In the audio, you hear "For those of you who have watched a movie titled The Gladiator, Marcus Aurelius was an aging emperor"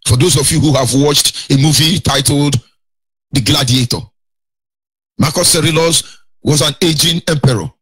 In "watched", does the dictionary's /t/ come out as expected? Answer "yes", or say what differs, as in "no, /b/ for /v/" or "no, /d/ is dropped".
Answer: yes